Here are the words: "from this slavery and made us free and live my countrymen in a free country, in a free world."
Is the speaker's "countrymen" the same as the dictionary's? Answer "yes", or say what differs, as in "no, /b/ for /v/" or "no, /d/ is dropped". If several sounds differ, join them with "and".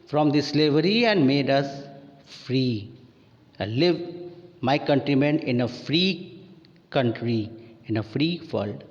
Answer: yes